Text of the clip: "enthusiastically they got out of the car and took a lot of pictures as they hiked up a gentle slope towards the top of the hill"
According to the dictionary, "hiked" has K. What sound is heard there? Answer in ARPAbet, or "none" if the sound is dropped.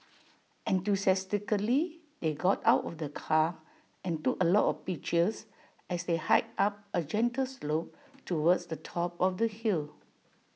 none